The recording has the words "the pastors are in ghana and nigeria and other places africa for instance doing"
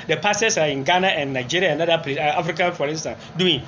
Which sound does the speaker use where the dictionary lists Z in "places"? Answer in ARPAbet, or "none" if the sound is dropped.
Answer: none